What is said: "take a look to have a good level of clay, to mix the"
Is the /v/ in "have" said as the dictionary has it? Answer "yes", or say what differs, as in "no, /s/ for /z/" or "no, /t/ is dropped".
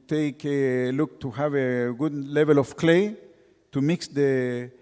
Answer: yes